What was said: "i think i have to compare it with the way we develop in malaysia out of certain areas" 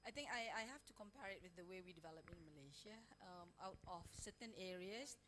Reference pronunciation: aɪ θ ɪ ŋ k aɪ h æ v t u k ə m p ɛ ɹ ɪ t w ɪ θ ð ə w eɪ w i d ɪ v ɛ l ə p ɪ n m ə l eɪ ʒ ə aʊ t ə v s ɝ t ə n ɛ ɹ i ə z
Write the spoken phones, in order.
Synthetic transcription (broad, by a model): aɪ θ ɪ ŋ k aɪ h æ f t u k ə m p ɛ ɹ ɪ t w ɪ θ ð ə w eɪ w i d ɪ v ɛ l ə p ɪ n m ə l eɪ ʃ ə aʊ t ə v s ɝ t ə n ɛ ɹ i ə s